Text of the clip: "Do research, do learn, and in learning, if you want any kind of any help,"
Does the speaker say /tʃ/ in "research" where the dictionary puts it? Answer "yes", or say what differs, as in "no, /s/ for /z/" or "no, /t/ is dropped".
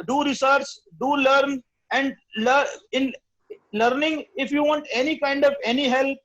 no, /s/ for /tʃ/